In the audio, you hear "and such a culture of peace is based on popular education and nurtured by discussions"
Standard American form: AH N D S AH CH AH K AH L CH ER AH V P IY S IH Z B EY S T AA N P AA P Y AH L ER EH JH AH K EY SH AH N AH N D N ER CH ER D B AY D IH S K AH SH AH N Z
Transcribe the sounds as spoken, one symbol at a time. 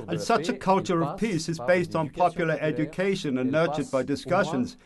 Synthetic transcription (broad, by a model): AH N S AH CH AH K AH L CH ER AH V P IY S IH Z B EY S T N P AA P Y L ER EH JH AH K EY SH AH N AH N N ER CH ER D B AY D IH S K AH SH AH N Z